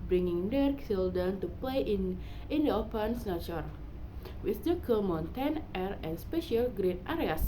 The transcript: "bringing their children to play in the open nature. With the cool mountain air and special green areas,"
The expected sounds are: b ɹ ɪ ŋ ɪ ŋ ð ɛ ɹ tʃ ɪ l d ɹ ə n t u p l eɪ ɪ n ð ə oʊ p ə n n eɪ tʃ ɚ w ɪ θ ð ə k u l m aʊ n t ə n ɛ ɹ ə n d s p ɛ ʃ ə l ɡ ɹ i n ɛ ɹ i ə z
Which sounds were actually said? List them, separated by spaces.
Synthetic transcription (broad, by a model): b ɹ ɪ ŋ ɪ ŋ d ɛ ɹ s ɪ l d ə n t u p l eɪ ɪ n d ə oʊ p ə n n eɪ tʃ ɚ w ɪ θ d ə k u m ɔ n t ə n ɛ ɹ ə n s p ɛ ʃ ə l ɡ ɹ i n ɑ ɹ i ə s